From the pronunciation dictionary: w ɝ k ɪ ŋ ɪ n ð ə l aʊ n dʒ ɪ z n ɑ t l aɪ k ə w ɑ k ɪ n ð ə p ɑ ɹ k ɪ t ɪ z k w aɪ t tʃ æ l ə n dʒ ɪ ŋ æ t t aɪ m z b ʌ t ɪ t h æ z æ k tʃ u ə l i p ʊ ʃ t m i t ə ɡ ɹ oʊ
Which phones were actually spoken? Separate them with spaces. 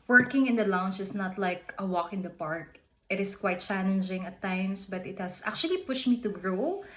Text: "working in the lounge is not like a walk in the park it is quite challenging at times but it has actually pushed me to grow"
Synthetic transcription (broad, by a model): w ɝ k ɪ ŋ ɪ n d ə l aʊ n tʃ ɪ s n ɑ t l aɪ k ə w ɑ k ɪ n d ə p ɑ ɹ k ɪ t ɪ s k w aɪ t tʃ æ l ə n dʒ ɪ ŋ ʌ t t aɪ m s b ʌ t ɪ t h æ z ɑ k tʃ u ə l i p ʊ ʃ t m i t ə ɡ ɹ oʊ